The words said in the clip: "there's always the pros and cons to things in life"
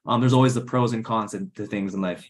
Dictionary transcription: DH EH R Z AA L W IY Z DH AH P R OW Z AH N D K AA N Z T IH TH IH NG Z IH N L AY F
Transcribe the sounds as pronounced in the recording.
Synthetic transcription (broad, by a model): DH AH R Z AA L W IY Z DH AH P R OW Z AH N K AA N S T IH TH IH NG Z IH N L AY F